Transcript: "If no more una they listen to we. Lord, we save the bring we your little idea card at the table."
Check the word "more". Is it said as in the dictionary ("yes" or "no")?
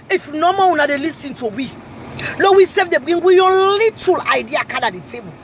no